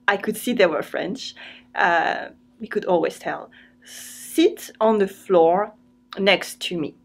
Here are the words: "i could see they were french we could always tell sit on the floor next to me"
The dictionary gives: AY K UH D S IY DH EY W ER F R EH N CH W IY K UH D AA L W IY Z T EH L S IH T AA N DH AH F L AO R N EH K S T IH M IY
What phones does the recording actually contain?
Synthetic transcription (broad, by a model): AY K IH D S IY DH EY W ER F R EH N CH W IY K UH D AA L W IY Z T EH L S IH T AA N DH AH F L AO R N EH K S T IH M IY